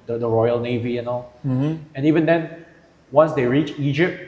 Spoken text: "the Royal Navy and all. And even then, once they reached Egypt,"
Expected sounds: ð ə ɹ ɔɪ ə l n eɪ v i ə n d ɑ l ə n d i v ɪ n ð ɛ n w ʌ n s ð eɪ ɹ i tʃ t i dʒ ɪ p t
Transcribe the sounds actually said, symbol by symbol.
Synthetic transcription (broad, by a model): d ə ɹ ɔɪ ə l n eɪ v i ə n ɑ l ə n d i v ɪ n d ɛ n w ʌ n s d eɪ ɹ i tʃ i dʒ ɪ p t